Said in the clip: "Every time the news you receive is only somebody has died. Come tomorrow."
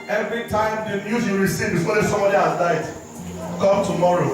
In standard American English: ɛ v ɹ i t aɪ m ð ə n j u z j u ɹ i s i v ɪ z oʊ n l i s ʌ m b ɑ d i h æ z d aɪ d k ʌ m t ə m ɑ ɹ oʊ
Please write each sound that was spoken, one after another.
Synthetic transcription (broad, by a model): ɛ v ɹ i t aɪ m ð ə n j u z j u ɹ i s i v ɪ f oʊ l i s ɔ m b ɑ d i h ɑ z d aɪ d k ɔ m t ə m ɑ ɹ oʊ